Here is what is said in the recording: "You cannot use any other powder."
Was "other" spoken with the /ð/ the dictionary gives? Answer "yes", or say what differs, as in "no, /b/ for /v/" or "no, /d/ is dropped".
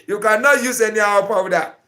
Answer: no, /ð/ is dropped